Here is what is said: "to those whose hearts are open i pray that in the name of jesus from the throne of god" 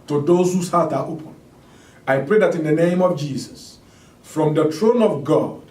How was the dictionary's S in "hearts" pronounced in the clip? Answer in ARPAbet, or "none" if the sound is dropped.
none